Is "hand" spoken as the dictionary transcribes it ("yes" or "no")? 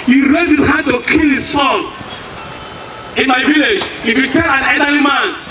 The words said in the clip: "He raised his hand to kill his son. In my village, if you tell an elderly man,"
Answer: no